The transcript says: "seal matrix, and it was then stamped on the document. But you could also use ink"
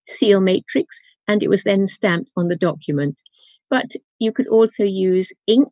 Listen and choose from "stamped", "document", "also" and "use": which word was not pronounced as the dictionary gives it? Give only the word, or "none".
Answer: none